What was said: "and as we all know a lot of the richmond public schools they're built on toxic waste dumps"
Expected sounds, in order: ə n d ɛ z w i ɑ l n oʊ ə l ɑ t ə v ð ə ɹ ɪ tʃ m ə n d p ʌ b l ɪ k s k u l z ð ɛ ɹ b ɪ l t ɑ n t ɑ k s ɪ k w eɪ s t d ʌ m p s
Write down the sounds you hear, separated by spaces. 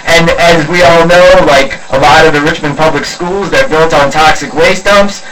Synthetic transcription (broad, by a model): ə n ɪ z w i ɑ l n oʊ ə l ɑ t ə v ð ə ɹ ɪ tʃ m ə n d p ʌ b l ɪ k s k u l z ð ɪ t b ɪ l t n t ɑ k s ɪ k w eɪ s t ʌ m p s